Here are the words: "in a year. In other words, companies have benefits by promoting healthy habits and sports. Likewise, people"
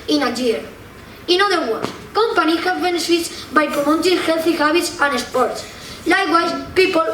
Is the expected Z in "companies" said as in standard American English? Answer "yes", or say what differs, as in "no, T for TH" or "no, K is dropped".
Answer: no, Z is dropped